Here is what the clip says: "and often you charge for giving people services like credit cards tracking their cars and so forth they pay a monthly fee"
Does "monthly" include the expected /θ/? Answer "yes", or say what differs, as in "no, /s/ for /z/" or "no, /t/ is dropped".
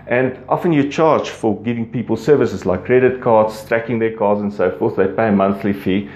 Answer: yes